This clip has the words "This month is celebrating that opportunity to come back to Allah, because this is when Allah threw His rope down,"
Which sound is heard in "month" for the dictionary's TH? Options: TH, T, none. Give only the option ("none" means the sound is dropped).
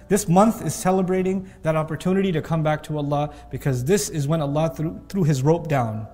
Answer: TH